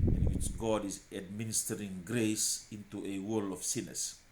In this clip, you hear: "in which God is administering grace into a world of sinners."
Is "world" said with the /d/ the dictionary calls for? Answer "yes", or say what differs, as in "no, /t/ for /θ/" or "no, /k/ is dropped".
no, /d/ is dropped